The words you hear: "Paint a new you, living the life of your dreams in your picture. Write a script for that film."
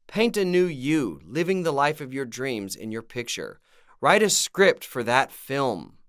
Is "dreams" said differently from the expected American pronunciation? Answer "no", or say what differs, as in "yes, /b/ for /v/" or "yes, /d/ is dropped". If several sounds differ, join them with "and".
no